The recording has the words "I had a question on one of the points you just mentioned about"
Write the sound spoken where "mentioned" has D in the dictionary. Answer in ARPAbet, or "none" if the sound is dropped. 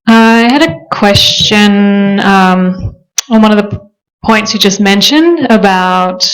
D